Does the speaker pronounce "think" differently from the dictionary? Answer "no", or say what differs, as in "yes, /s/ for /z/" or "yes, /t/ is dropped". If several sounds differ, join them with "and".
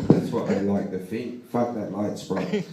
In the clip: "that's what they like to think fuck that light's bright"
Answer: yes, /f/ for /θ/